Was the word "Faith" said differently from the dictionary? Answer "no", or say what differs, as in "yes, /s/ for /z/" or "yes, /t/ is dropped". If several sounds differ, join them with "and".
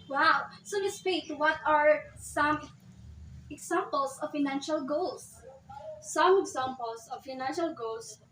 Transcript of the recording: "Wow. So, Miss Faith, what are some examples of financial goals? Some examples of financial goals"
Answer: yes, /p/ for /f/